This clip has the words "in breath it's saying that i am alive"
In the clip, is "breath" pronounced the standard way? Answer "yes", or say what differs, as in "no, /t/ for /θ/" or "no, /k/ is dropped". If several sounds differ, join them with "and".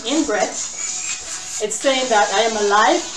no, /s/ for /θ/